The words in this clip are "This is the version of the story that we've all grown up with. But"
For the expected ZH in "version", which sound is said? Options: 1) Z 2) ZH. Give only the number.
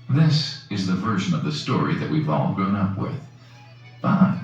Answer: 2